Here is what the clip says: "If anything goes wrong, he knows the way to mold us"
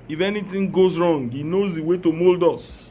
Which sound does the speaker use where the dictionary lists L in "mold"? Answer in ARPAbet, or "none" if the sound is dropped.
L